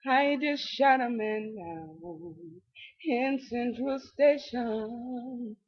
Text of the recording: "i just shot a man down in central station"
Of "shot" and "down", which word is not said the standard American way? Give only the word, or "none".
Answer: down